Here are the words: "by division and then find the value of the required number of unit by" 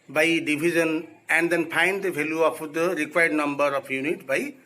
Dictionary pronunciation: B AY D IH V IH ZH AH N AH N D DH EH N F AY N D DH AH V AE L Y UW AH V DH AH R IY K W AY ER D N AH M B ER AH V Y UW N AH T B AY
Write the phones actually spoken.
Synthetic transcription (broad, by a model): B AY D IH B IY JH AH N AH N D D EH N P AY N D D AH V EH L Y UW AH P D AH R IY K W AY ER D N AH M B ER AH P Y UW N AH T B AY